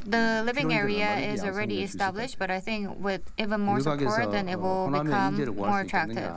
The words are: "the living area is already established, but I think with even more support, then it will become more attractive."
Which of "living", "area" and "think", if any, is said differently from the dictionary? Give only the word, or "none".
none